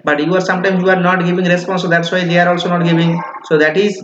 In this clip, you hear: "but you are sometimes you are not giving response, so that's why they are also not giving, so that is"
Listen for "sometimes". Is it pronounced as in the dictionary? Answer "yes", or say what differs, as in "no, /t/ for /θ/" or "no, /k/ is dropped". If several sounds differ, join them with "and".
no, /z/ is dropped